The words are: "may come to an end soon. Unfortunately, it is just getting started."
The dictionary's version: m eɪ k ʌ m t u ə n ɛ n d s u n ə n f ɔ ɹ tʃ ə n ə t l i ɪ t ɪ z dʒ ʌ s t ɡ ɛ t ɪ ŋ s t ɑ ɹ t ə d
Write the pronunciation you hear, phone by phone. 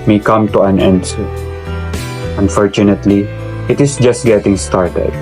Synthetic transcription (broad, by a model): m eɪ k ʌ m t u ə n ɛ n d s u ə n f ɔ ɹ tʃ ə n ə t l i ɪ t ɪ s dʒ ʌ s t ɡ ɛ t ɪ ŋ s t ɑ ɹ t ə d